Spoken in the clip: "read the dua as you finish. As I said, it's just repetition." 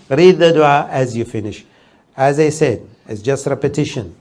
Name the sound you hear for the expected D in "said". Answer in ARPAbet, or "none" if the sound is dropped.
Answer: D